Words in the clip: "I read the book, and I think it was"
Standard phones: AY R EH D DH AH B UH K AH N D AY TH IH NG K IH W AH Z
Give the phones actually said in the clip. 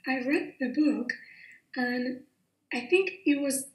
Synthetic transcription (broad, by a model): AY R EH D DH AH B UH K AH N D AY TH IH NG K IH W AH Z